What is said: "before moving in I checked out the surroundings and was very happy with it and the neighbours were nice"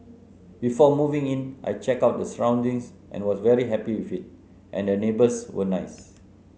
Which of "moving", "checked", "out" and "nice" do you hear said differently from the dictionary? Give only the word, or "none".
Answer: checked